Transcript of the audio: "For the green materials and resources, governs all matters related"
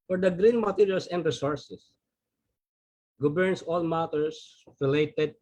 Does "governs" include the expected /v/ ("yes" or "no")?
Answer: no